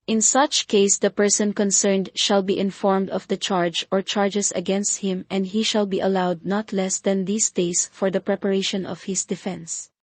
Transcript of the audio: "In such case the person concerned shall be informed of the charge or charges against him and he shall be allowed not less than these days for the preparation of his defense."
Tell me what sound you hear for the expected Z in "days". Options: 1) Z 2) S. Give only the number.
2